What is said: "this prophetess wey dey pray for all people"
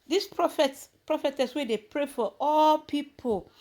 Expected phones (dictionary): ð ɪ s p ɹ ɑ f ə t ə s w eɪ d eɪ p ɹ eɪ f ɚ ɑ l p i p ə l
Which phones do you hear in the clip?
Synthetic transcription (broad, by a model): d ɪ s p ɹ ɑ f ə t ə s w eɪ d eɪ p ɹ eɪ f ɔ ɑ l p i p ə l